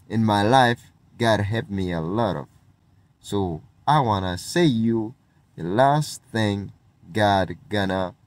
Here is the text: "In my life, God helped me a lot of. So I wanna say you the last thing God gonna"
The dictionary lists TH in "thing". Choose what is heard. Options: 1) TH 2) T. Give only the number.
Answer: 1